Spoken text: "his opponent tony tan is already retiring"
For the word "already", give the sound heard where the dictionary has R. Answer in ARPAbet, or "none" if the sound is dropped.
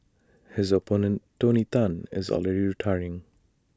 L